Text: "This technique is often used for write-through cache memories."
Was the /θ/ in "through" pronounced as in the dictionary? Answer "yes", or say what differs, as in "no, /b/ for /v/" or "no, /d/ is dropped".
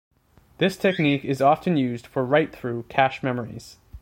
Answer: yes